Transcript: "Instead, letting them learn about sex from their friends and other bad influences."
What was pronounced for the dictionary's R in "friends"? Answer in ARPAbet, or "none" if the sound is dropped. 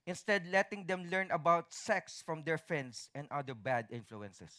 none